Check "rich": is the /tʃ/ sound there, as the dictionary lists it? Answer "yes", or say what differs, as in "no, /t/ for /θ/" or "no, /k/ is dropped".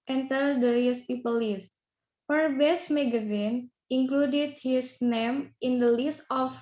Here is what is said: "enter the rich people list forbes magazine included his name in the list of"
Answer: no, /s/ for /tʃ/